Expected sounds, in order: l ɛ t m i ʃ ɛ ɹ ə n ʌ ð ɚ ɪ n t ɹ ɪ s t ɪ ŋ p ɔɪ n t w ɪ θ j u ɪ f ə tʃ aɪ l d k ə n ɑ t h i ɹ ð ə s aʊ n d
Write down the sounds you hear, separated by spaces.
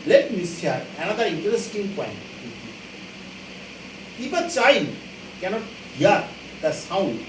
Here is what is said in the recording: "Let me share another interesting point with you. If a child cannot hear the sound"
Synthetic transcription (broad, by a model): l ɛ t m i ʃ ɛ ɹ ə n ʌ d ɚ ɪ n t ɹ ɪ s t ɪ ŋ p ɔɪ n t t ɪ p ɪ p ə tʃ aɪ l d k ə n ɑ t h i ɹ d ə s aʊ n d